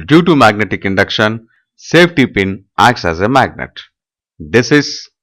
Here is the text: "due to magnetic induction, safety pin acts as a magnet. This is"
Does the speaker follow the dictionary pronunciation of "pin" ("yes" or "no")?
yes